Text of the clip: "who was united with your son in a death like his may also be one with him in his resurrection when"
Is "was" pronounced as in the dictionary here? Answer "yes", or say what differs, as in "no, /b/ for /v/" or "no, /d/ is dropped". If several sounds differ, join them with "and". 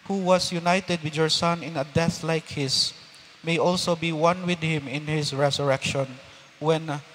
no, /s/ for /z/